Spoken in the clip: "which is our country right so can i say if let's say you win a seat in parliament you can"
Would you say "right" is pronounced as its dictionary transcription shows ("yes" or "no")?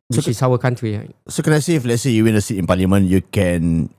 no